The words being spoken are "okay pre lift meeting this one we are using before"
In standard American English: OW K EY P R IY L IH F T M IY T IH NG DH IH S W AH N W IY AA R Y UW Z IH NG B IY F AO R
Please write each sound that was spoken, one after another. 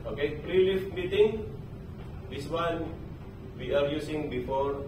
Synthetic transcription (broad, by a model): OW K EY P R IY L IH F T M IY T IH NG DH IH S W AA N W IY AA R Y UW S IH NG B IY F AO R